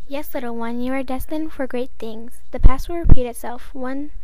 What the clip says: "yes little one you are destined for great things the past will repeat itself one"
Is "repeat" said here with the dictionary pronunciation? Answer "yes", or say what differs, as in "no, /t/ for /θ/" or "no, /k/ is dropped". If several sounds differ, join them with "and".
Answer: no, /p/ is dropped